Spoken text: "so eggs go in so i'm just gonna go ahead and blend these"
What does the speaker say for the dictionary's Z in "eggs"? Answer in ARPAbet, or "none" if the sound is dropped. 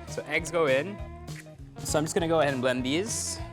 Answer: Z